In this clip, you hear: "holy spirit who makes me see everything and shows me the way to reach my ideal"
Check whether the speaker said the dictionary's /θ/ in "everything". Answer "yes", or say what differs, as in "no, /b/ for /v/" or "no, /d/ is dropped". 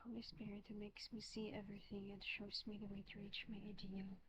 yes